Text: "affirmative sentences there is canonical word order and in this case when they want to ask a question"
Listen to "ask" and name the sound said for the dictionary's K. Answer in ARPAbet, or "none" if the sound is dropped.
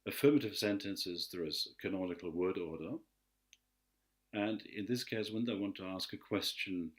K